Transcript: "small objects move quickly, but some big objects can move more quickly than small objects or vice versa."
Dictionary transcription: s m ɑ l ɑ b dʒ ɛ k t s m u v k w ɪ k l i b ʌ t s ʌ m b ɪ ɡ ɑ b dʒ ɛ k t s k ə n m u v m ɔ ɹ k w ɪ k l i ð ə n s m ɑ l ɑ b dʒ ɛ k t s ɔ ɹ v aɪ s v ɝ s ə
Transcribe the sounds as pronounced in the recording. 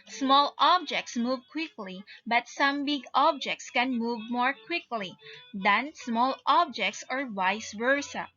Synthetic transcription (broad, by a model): s m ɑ l ɑ b dʒ ɛ k t s m u v k w ɪ k l i b ʌ t s ʌ m b ɪ ɡ ɑ b dʒ ɛ k t s k ə n m u v m ɔ ɹ k w ɪ k l i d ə n s m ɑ l ɑ b dʒ ɛ k t s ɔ ɹ w aɪ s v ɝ s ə